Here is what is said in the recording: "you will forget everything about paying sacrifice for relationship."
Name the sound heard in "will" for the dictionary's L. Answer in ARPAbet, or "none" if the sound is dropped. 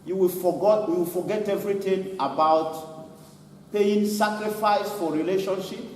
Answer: W